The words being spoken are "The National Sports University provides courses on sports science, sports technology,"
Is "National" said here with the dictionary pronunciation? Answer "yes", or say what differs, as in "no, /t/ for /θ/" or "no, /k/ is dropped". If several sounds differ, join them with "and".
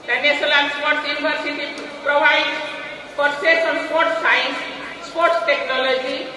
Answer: no, /s/ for /ʃ/ and /l/ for /n/ and /n/ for /l/